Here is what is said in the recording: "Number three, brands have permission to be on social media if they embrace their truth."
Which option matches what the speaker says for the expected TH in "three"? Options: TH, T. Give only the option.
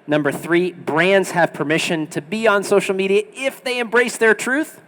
TH